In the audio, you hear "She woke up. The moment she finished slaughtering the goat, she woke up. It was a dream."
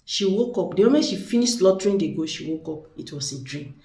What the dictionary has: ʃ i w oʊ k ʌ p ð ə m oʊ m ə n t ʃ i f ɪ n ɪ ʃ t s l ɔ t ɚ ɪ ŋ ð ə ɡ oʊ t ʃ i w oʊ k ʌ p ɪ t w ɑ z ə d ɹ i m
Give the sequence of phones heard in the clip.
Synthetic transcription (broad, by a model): ʃ i w oʊ k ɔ p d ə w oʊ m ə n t ʃ i f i n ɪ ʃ t l ɔ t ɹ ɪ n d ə ɡ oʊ ʃ i w oʊ k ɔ p ɪ t w ɑ s ə d ɹ i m